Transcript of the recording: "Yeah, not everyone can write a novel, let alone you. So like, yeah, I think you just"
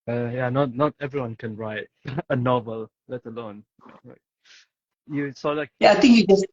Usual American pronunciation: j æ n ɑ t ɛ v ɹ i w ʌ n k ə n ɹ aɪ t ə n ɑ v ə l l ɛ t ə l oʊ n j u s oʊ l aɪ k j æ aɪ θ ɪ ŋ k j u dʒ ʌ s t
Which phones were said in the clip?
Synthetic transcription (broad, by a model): j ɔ n ɑ t ɛ v ɹ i w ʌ n k ə n ɹ aɪ t ə n ɑ v ə l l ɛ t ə l oʊ n j u s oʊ l aɪ k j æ aɪ t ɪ ŋ k j u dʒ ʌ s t